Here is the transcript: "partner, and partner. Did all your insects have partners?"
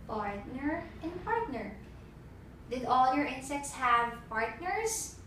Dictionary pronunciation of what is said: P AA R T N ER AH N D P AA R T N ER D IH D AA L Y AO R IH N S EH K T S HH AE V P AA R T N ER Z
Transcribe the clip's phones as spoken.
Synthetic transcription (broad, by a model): P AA R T N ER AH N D P AA R T N ER D IH D AA L Y AO R IH N S EH K T S HH AE V P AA R T N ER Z